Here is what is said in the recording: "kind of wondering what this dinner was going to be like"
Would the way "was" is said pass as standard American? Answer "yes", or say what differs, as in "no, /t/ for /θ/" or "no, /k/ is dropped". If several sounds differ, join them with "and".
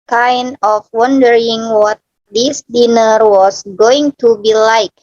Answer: no, /s/ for /z/